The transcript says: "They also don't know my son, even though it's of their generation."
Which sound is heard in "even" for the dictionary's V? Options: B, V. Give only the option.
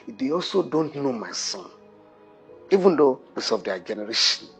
V